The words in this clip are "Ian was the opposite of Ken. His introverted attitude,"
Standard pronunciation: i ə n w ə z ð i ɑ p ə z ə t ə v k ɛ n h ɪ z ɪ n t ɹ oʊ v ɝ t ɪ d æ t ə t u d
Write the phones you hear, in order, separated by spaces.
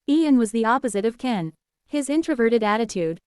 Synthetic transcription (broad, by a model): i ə n w ə z ð i ɑ p ə z ə t ə v k ɛ n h ɪ z ɪ n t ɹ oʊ v ɝ t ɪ d æ t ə t u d